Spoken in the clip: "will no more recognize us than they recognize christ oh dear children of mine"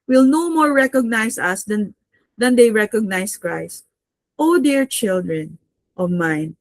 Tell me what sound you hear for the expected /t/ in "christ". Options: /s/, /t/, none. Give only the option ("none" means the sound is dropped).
/t/